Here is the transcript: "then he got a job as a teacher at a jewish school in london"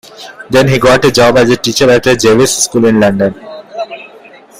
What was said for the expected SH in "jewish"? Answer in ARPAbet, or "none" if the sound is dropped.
S